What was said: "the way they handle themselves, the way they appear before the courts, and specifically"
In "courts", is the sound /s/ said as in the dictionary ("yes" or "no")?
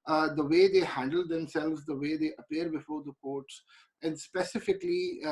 yes